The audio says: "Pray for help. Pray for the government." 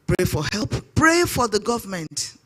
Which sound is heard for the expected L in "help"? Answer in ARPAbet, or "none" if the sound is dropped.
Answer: L